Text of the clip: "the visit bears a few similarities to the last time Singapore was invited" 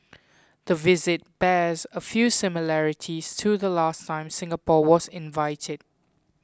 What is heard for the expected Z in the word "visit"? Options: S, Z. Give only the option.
Z